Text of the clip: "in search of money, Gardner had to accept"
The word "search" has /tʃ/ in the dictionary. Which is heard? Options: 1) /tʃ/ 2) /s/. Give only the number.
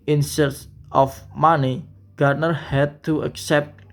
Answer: 2